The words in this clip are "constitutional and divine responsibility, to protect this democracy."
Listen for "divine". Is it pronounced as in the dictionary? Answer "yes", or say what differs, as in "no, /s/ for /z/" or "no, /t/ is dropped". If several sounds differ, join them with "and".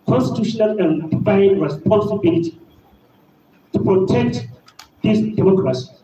no, /f/ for /v/